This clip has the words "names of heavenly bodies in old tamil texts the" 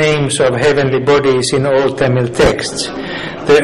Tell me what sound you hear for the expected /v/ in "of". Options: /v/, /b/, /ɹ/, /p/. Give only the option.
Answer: /v/